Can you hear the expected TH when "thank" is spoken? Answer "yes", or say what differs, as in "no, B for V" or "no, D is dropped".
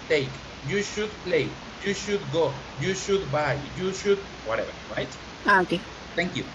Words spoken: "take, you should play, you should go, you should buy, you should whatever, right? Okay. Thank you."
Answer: no, T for TH